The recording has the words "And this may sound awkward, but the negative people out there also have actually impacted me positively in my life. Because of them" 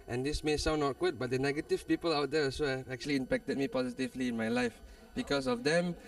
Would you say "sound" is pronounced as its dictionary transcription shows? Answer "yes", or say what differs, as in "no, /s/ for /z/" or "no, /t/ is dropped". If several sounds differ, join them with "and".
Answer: no, /d/ is dropped